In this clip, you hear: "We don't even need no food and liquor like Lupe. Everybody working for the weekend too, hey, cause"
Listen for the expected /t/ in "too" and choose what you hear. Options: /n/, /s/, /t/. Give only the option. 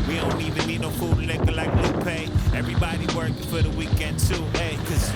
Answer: /s/